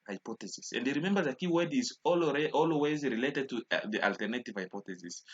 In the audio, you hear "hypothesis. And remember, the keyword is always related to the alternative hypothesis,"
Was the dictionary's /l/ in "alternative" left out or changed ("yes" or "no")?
no